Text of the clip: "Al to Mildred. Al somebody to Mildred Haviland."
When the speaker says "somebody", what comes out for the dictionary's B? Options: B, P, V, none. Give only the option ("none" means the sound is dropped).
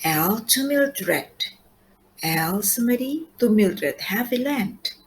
none